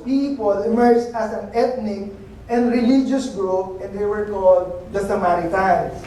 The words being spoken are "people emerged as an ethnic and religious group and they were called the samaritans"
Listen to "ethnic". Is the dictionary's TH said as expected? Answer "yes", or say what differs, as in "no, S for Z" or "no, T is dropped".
no, T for TH